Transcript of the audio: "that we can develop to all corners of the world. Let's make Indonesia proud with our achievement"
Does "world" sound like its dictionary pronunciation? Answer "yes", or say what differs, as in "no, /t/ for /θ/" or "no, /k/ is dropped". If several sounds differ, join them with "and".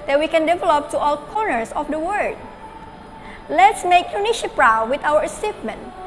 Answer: no, /l/ is dropped